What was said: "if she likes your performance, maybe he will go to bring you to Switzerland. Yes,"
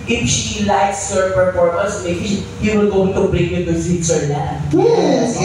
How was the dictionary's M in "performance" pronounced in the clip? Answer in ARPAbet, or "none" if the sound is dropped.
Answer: none